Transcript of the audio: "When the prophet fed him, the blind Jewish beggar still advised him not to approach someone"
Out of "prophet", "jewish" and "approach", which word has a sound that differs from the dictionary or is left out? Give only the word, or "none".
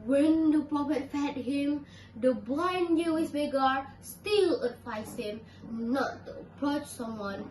jewish